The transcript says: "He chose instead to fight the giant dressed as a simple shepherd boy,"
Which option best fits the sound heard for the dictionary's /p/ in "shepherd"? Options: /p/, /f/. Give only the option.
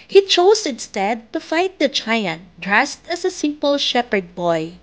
/p/